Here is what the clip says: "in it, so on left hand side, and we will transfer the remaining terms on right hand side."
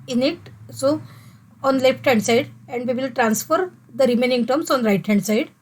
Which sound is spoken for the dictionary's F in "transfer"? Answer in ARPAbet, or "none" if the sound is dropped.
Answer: F